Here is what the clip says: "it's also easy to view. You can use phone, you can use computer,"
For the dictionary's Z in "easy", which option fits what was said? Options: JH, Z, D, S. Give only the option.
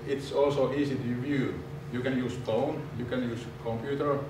S